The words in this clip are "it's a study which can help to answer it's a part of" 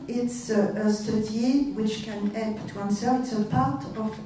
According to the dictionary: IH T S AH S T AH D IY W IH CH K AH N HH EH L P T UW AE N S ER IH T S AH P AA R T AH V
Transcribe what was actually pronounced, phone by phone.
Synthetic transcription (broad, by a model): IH T S AH S T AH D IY W IH CH K AH N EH P T UW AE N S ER IH T S AH P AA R T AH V